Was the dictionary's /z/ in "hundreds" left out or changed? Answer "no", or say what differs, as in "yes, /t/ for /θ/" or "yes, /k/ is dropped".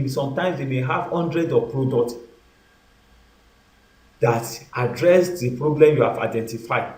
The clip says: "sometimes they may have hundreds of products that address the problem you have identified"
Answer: yes, /z/ is dropped